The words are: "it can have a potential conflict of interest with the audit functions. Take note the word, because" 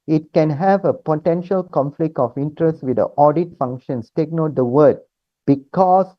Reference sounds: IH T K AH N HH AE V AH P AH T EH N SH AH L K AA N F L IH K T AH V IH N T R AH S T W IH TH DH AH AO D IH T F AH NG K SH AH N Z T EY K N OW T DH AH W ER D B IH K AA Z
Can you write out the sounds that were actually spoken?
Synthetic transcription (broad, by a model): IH T K AH N HH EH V AH P AH T EH N SH AH L K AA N F L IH K T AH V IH N T R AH S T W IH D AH AO D IH T F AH NG K SH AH N S T EY K N OW T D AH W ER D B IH K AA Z